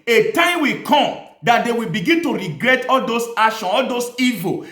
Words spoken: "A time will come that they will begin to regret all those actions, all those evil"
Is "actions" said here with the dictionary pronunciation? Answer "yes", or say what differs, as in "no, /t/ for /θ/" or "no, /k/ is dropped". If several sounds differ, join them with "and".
no, /k/ is dropped and /z/ is dropped